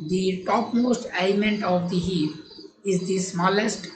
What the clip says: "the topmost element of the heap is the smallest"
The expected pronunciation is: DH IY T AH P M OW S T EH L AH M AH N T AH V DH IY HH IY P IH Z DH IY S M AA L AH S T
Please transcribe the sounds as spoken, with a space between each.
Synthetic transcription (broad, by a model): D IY T AH P M OW S T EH AH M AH N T AH V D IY HH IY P IH Z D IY S M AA L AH S T